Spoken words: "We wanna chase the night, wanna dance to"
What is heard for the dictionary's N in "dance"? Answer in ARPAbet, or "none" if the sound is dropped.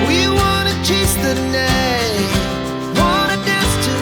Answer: none